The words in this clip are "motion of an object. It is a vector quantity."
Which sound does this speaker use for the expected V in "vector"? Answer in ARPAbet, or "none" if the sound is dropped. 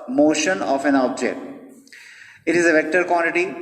V